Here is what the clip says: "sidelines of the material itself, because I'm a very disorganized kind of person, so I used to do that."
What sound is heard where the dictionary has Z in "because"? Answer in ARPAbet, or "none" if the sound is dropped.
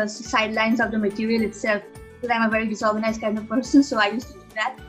none